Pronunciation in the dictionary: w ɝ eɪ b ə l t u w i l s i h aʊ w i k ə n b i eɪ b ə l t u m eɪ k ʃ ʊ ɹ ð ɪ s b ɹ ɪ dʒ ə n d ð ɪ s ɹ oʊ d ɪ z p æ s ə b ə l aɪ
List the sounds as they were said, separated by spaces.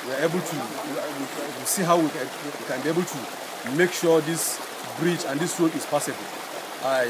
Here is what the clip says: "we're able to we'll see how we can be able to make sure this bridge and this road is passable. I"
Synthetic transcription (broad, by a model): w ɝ eɪ b ə l t u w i w s i h aʊ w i k ə n b i eɪ b ə l t u m eɪ k ʃ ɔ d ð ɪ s b ɹ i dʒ ə n d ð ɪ s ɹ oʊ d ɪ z p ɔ s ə b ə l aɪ